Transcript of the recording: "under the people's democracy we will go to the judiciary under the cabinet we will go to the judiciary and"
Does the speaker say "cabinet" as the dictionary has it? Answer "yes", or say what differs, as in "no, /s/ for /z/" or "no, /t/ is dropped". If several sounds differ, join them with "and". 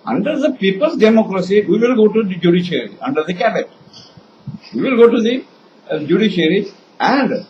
no, /n/ is dropped